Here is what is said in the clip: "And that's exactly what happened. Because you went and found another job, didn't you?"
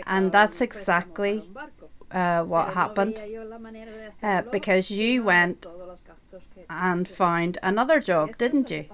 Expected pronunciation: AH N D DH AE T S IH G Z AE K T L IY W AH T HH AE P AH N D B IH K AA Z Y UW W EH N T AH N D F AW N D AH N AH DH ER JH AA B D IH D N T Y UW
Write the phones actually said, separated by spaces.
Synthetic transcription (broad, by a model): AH N DH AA T S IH G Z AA K T L IY W AH T HH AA P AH N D B IH K AA Z Y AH W EH N T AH N F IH N D AH N AH DH ER JH AA B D IH D N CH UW